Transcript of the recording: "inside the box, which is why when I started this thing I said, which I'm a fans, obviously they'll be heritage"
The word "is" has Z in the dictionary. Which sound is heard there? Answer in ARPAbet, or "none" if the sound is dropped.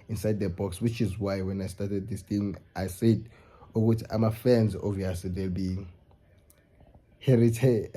Z